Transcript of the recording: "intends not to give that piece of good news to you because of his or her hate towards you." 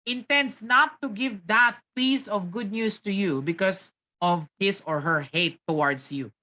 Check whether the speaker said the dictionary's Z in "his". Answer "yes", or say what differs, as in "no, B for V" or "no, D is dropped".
no, S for Z